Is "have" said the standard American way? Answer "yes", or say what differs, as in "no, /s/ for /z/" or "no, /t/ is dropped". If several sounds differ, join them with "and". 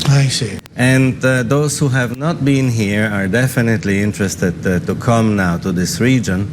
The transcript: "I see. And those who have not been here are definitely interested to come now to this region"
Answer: yes